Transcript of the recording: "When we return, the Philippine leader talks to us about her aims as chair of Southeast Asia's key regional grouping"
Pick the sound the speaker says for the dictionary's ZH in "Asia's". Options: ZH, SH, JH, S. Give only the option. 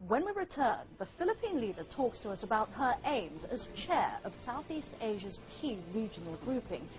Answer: ZH